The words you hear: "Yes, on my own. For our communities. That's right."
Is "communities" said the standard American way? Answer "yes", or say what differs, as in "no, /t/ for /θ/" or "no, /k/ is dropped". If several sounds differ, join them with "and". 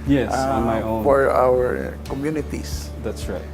no, /s/ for /z/